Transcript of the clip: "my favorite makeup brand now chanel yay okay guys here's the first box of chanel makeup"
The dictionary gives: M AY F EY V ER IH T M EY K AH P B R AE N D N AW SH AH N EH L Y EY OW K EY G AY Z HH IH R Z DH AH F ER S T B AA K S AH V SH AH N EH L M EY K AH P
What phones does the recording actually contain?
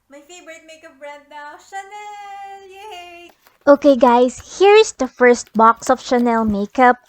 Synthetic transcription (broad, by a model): M AY F EY V ER IH T M EY K AH P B R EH D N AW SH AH N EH L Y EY OW K EY G AY S HH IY R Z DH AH F ER S T B AA K S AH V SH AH N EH L M EY K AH P